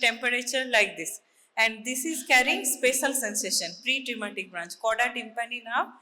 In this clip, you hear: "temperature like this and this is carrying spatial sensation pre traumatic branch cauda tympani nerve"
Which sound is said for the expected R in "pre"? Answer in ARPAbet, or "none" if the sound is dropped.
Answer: R